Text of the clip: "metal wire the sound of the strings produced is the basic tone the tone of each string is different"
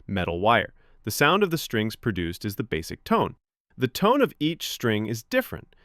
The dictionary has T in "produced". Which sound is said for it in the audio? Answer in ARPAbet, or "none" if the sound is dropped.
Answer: T